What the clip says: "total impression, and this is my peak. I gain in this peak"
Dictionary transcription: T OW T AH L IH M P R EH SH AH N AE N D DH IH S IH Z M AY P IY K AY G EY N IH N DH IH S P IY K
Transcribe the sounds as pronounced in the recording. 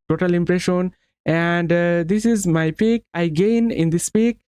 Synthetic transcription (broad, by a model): T OW T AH L IH M P R EH SH AH N AE N D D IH S IH Z M AY P IY K AY G EY N IH N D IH S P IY K